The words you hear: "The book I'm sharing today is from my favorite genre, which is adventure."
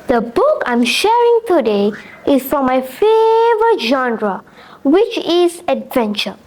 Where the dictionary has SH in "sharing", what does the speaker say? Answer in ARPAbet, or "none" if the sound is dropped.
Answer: SH